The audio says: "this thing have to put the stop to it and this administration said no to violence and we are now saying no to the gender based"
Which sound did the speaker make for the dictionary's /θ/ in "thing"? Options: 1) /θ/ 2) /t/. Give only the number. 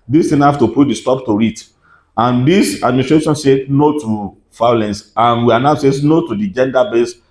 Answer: 2